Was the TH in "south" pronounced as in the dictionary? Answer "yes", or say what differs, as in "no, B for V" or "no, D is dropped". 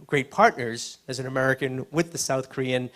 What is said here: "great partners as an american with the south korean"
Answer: yes